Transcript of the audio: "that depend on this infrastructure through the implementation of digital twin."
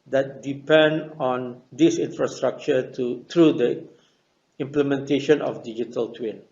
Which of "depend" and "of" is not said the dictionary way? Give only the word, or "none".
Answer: of